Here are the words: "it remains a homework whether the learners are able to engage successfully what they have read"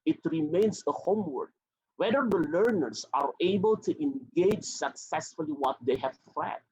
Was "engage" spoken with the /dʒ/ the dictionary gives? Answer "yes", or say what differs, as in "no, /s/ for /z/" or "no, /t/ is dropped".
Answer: yes